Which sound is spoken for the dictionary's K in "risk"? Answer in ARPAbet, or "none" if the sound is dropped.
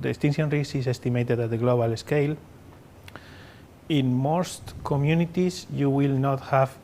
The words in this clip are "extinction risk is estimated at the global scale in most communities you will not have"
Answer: none